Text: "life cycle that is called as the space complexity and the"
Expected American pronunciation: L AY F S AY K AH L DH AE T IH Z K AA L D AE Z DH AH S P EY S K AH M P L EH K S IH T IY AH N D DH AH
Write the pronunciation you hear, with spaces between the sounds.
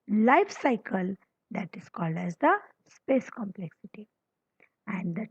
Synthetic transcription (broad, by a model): L AY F S AY K AH L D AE T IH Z K AA L D AE Z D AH S P EY S K AH M P L EH K S IH T IY AH N D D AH